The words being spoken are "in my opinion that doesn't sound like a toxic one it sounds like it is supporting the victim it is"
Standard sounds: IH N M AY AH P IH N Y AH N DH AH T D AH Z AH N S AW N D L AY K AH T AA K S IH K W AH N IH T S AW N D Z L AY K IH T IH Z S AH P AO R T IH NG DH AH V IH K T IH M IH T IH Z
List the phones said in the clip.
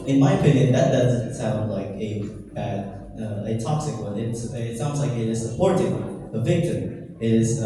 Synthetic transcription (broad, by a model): IH N M AY AH P IH N Y AH N DH AH T D AH Z AH N S AW N D L AY K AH T AA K S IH K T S IH T S AW N D Z L AY K IH T IH Z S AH P AO R T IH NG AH V IH K T IH M IH T IH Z